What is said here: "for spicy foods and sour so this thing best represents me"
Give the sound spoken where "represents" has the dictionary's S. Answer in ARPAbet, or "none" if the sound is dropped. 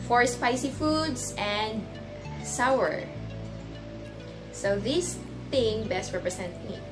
none